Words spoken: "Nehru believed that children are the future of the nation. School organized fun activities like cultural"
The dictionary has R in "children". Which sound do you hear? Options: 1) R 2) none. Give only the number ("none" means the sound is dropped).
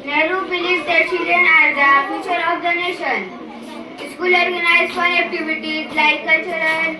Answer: 2